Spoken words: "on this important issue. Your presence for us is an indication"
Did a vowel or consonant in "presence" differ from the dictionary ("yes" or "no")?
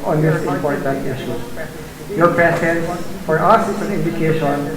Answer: yes